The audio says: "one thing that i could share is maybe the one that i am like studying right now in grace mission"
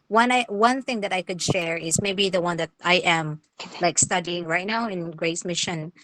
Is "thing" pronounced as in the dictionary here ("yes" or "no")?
yes